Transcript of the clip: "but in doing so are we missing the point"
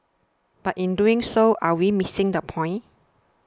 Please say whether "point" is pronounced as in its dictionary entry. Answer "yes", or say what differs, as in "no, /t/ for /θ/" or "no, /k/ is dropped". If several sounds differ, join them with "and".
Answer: no, /t/ is dropped